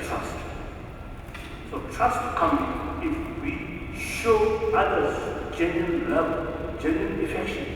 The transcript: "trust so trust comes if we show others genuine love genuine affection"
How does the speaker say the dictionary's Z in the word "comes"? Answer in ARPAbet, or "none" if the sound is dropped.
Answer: none